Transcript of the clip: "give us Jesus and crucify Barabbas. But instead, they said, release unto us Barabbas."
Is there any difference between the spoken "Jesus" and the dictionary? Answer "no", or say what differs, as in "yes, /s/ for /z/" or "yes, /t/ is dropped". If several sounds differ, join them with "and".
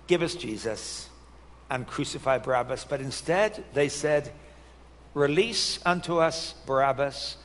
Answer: no